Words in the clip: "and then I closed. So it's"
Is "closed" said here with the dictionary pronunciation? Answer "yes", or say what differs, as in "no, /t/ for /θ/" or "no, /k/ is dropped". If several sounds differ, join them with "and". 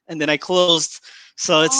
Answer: yes